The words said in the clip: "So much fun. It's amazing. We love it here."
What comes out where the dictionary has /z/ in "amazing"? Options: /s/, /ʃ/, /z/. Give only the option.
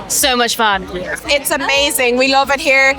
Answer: /z/